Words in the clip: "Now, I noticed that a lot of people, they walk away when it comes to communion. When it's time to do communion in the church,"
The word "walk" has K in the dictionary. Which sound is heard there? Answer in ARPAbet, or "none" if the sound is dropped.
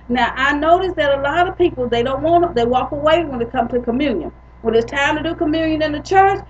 K